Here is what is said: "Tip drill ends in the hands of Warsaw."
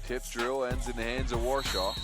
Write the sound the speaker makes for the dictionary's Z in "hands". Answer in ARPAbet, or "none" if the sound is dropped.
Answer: Z